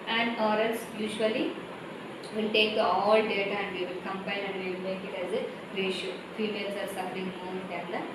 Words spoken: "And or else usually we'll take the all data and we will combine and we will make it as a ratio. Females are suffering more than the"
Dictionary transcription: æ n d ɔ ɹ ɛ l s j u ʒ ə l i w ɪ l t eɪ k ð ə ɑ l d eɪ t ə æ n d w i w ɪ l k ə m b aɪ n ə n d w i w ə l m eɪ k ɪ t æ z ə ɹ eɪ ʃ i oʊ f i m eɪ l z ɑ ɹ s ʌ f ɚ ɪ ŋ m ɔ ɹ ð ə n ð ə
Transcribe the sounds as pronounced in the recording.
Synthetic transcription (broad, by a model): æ n d ɔ ɹ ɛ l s j u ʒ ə l i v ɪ l t eɪ k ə ɑ l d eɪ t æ n d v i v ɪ l k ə m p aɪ l ə n d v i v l m eɪ k ɪ t æ z ə ɹ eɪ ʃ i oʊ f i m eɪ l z ɑ ɹ s ʌ f ɚ ɪ ŋ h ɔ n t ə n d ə